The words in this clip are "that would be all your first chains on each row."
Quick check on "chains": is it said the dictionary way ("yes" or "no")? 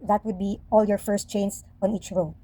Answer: no